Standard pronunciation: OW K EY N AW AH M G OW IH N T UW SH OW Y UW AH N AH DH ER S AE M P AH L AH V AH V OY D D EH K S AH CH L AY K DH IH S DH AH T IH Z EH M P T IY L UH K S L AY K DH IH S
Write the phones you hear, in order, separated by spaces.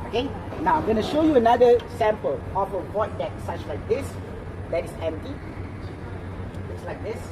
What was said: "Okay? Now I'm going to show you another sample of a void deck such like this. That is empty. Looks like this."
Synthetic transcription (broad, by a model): OW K EY N AW AH M G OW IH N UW SH OW Y UW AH N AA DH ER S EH M P AH L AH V AH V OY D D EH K S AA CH L AY K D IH S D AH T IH S EH M P T IY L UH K S L AY K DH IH S